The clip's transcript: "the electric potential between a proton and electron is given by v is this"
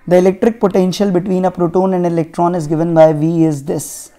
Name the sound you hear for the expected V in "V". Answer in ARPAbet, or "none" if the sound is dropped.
V